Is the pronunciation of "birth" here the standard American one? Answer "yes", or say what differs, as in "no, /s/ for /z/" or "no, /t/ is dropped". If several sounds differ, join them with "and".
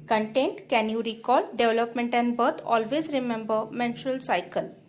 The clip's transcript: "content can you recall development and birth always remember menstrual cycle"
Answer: no, /t/ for /θ/